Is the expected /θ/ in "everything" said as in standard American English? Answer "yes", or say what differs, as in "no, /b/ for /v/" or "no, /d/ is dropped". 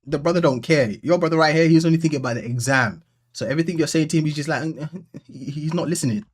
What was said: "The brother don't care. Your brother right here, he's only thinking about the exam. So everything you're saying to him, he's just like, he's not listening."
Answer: yes